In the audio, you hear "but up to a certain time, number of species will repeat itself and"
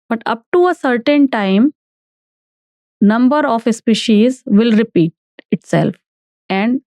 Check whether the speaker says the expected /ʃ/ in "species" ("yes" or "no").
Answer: yes